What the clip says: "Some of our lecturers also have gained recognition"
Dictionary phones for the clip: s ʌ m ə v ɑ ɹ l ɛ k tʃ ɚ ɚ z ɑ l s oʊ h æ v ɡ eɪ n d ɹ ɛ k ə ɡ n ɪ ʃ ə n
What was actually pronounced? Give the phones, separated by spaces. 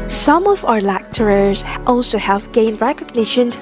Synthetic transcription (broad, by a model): s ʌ m ə v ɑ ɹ l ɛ k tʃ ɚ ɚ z ɑ l s oʊ h æ v ɡ eɪ n d ɹ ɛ k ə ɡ n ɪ ʃ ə n